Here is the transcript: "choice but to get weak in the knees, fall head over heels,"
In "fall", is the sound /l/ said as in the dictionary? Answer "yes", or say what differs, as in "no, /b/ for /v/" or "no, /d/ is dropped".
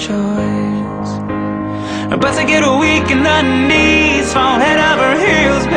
no, /n/ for /l/